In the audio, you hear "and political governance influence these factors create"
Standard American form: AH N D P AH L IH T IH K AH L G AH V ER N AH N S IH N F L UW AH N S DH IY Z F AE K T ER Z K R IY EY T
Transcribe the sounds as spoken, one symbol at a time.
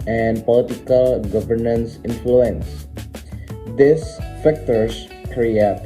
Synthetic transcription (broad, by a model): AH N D P AH L IH T IH K AH L G AH V ER N AH N S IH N F L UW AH N S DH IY S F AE K T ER S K R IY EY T